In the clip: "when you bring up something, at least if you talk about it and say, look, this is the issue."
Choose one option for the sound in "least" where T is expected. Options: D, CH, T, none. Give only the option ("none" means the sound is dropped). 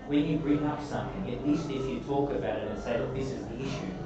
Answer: T